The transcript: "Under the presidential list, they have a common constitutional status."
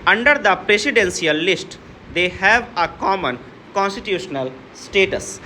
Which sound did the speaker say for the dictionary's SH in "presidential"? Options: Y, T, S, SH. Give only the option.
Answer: S